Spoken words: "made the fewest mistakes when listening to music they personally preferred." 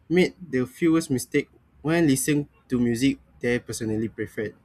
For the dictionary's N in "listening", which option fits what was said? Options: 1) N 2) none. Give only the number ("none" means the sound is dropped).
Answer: 2